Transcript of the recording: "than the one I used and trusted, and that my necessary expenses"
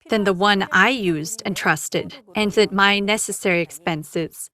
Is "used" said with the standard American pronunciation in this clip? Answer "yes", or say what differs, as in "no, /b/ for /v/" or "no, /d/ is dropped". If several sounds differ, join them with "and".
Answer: yes